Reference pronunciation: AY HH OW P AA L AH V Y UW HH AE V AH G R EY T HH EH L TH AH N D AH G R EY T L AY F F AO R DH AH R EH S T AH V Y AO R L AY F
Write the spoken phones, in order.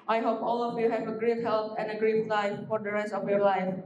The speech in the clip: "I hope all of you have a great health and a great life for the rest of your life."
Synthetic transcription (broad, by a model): AY HH OW P AA L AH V Y UW HH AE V AH G R EY T HH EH L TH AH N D AH G R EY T L AY F F AO R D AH R EH S T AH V Y AO R L AY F